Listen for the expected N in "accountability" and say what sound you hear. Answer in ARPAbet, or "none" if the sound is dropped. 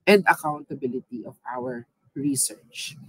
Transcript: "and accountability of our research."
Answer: N